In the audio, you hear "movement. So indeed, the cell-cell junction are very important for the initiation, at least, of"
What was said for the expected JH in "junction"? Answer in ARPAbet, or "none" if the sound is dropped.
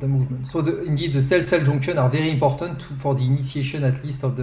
ZH